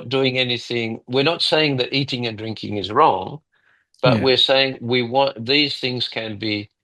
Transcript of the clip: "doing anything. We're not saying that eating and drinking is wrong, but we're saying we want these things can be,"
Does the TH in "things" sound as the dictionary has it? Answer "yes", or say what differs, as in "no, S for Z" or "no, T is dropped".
yes